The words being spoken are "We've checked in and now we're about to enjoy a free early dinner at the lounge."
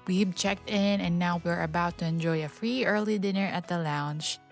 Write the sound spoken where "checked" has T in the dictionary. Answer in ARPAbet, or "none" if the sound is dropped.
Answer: T